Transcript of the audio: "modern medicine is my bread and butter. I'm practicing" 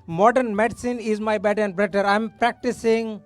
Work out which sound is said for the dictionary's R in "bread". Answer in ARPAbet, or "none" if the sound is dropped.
none